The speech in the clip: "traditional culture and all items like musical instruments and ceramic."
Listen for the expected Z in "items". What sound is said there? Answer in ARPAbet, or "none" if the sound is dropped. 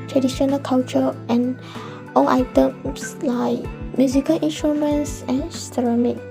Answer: S